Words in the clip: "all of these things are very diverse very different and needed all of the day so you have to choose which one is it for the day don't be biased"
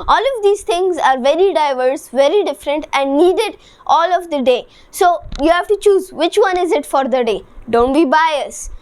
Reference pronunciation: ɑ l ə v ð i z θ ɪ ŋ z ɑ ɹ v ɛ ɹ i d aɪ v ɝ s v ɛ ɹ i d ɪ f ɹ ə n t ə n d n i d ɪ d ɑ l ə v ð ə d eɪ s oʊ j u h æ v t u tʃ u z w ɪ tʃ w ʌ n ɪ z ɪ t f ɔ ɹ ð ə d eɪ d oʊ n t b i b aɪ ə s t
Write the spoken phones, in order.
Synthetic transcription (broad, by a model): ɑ l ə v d i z t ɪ ŋ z ɑ ɹ v ɛ ɹ i d aɪ v ɝ s v ɛ ɹ i d ɪ f ɹ ə n t ə n d n i d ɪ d ɑ l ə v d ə d eɪ s oʊ j u h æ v t u tʃ u z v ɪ tʃ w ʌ n ɪ z ɪ t f ɔ ɹ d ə d eɪ d oʊ n t b i b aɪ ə s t